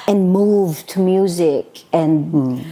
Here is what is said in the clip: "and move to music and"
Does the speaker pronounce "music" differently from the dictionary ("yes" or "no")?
no